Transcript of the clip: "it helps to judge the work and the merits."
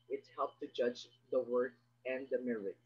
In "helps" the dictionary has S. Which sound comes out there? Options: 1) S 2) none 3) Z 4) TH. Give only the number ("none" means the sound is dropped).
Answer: 2